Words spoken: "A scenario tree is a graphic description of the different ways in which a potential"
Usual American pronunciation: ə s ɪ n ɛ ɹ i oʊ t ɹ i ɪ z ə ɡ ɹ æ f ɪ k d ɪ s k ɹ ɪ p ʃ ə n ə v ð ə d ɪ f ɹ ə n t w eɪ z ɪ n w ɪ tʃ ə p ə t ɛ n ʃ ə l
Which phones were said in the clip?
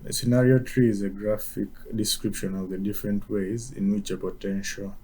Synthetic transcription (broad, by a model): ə s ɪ n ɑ ɹ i oʊ t ɹ i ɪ z ə ɡ ɹ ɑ f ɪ k d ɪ s k ɹ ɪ p ʃ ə n ə v ð ə d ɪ f ɹ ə n t w eɪ z ɪ n w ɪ tʃ ə p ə t ɛ n ʃ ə l